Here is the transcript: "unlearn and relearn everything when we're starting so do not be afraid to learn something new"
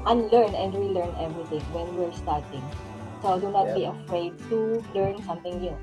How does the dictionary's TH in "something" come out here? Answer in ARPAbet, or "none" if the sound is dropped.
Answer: T